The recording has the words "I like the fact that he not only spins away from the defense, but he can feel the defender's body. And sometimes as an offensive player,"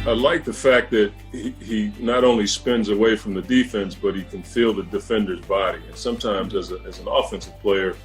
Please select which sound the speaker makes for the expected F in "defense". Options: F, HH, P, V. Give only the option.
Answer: F